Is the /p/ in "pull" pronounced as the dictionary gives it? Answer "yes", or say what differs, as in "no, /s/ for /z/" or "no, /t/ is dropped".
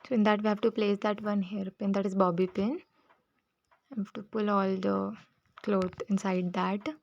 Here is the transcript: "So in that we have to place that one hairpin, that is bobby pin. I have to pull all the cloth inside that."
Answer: yes